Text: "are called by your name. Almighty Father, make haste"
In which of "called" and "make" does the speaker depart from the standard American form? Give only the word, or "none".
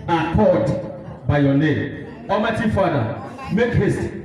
called